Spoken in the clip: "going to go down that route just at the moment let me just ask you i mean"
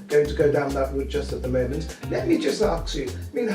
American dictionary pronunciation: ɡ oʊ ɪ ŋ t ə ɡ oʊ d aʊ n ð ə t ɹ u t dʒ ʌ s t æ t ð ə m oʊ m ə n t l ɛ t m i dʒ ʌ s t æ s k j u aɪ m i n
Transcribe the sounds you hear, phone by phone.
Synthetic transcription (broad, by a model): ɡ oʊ ɪ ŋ t ə ɡ oʊ d aʊ n ð ə t w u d dʒ ʌ s t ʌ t ð ə m oʊ m ə n t l ɛ t m i dʒ ʌ s t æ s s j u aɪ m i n